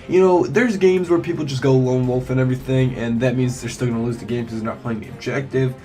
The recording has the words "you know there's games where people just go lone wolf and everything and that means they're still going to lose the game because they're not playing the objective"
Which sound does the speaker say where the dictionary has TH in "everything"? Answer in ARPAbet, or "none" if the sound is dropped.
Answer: TH